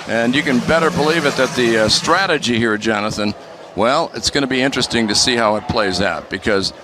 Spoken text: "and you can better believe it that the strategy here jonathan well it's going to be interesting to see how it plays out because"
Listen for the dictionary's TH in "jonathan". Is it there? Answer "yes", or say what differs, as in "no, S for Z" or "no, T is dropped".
yes